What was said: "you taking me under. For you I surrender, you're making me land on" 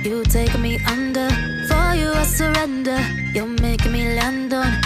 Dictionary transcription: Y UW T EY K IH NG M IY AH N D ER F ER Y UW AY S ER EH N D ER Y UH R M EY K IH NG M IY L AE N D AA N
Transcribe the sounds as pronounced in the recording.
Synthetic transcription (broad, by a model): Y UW T EY IH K M IY AH N D ER F ER Y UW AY S ER EH N D ER Y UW L M EY IH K M IY L AE N D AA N